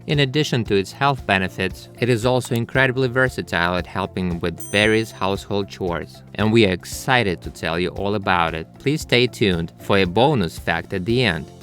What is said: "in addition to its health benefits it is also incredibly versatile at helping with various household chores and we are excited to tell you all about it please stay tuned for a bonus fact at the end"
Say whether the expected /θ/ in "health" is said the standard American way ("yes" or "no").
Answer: yes